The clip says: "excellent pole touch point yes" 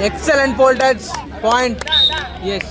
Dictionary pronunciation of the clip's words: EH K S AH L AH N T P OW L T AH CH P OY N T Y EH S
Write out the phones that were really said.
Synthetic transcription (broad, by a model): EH K S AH L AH N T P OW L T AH S P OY N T Y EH S